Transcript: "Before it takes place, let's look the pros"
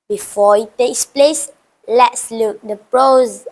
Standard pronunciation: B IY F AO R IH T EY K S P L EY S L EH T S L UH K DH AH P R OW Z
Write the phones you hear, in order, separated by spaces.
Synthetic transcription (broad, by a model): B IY F AO IH T EY K S P L EY S L EH T S L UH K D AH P R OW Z